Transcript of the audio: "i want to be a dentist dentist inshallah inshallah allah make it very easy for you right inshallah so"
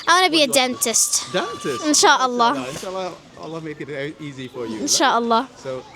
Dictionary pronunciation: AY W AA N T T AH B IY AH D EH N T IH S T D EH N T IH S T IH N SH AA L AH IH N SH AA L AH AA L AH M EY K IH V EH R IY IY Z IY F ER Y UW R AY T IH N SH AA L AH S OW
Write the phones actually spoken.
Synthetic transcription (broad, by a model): AY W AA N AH B IY AH D EH N T IH S T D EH N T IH S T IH N SH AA L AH IH N SH AA L AH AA L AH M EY IH B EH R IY IY Z IY F ER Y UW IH N SH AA L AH S OW